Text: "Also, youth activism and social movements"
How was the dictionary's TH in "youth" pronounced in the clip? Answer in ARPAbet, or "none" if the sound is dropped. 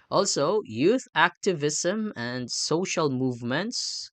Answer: TH